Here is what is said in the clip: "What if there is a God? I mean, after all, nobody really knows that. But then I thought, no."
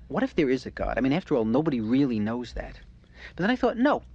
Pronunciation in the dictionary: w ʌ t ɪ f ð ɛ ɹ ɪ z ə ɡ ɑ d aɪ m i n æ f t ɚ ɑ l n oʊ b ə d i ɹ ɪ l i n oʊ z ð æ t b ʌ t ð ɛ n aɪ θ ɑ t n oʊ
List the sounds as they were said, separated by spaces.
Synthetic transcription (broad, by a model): w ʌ t ɪ f ð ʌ ɹ ɪ z ə ɡ ɑ d aɪ m i n æ f t ɚ ɑ l n oʊ b ə d i ɹ ɪ l i n oʊ z ð æ t b ʌ t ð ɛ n aɪ θ ɑ t n oʊ